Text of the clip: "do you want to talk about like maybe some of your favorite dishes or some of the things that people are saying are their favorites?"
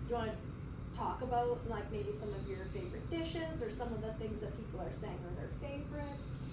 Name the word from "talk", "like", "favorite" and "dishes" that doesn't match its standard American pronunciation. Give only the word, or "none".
none